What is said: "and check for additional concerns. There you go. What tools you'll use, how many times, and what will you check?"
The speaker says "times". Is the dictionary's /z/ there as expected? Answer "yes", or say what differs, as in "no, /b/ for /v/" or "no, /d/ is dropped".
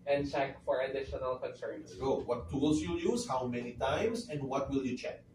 no, /s/ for /z/